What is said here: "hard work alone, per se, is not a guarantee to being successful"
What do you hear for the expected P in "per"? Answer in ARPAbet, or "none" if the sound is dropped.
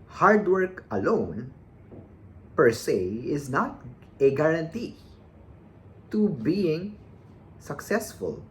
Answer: P